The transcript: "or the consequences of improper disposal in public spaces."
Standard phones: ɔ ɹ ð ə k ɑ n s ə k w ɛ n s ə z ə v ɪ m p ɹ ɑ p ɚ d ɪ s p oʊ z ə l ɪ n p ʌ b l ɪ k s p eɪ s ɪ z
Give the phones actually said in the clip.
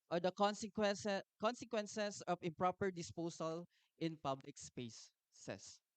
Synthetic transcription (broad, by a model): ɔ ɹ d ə k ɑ n s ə k w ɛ n s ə s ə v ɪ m p ɹ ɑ p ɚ d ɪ s p oʊ s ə l ɪ n p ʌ b l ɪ k s p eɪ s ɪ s